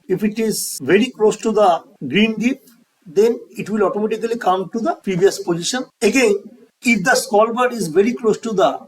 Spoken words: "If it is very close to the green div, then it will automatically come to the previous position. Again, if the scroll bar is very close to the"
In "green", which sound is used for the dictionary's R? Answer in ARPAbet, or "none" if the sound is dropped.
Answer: R